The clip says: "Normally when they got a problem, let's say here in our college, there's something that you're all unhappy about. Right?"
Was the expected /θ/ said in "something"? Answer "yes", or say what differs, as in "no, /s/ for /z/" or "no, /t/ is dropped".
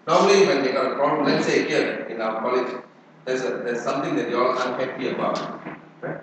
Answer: no, /t/ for /θ/